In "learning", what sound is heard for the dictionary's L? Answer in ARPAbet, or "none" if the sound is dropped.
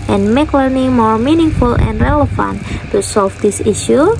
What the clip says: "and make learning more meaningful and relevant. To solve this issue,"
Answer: W